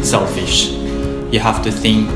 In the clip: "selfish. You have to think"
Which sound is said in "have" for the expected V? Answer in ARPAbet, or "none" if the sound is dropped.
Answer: F